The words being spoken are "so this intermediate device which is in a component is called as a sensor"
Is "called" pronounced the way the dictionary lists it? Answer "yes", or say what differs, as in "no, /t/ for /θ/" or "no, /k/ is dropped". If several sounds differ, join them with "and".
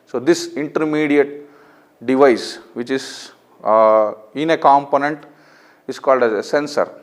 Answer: yes